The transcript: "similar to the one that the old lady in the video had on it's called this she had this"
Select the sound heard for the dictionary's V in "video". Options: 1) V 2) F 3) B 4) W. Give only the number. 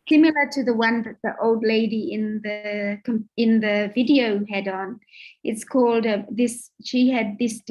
1